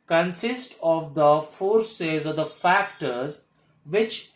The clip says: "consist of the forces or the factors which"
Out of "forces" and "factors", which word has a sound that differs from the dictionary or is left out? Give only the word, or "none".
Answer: none